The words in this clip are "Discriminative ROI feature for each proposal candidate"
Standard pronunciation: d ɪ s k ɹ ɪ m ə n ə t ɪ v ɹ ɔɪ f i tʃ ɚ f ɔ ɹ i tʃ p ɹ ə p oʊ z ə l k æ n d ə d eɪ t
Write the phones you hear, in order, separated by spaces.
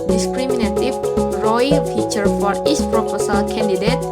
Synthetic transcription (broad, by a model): d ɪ s k ɹ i m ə n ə t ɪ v ɹ ɔɪ f i tʃ ɚ f ɔ ɹ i s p ɹ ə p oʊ s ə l k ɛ n d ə d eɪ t